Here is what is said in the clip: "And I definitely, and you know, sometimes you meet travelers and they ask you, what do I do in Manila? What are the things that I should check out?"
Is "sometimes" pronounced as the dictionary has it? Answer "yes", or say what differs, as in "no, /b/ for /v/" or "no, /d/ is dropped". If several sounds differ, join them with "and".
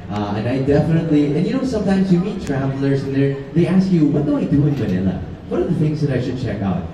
yes